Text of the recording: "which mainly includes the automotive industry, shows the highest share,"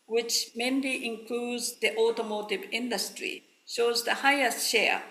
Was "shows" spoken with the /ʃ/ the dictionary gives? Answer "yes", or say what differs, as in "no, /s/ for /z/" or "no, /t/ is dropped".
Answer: yes